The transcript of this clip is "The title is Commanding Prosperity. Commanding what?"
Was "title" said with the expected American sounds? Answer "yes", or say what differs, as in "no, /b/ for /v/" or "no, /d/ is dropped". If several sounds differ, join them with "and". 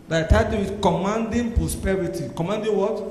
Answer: no, /w/ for /l/